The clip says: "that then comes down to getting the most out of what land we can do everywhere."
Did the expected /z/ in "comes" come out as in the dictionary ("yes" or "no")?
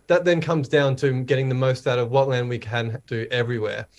yes